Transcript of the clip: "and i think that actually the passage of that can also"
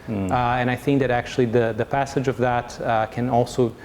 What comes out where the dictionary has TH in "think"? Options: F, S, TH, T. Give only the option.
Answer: TH